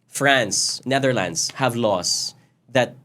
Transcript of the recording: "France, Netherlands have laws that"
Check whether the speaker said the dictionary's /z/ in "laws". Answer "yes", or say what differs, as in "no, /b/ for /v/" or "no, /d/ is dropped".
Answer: no, /s/ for /z/